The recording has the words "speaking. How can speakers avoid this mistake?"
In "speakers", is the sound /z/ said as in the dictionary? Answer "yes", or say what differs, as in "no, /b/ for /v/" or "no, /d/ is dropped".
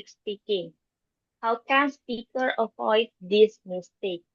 no, /z/ is dropped